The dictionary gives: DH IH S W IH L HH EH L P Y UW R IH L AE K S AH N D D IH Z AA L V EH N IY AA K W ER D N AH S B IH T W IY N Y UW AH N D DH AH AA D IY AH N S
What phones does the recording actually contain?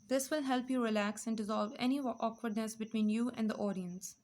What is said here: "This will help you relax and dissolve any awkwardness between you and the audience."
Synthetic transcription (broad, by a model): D IH S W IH L HH EH L P Y UW R IH L AE K S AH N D D IH Z AA L V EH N IY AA K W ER D N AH S B IH T W IY N Y UW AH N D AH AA D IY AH N S